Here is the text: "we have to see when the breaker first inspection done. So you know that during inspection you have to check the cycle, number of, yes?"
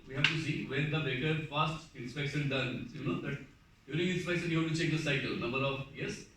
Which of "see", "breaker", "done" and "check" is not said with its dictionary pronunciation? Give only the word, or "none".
breaker